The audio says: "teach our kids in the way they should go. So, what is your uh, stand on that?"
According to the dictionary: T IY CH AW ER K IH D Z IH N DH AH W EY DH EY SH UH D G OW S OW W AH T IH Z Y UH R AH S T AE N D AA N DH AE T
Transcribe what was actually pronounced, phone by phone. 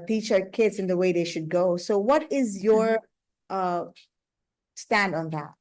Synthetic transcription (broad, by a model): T IY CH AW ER K IH D Z IH N DH AH W EY DH EY SH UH D G OW S OW W AH T IH Z Y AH R AH S T AE N D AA N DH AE T